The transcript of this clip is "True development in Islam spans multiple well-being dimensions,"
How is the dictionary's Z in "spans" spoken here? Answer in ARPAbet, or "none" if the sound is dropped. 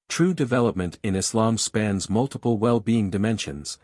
Z